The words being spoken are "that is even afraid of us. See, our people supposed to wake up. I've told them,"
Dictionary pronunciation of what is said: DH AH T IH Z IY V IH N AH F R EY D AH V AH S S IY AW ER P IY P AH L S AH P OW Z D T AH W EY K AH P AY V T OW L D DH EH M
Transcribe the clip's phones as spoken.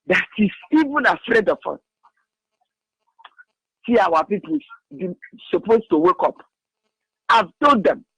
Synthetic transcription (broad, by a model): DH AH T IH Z IY V IH N AH F R EY D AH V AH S S IY AW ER P IY P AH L S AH P OW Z T AH W EY K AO P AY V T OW D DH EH M